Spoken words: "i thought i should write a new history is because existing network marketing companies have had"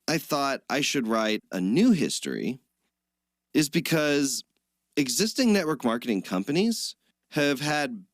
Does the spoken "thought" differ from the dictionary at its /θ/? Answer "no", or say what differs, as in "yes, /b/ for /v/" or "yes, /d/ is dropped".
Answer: no